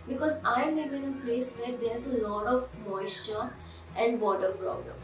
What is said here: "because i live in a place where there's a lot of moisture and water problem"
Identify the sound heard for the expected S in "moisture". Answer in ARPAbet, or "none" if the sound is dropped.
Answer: S